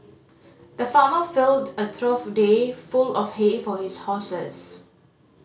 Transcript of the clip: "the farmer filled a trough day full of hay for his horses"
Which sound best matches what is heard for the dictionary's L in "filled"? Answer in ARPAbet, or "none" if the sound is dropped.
L